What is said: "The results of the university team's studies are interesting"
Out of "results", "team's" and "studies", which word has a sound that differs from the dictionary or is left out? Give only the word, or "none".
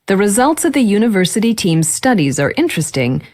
none